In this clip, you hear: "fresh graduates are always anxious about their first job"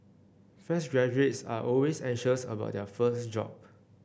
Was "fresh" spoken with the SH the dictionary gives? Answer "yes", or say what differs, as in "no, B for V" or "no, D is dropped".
no, S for SH